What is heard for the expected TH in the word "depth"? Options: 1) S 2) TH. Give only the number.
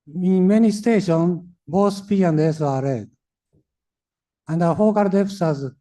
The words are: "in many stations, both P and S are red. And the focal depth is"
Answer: 1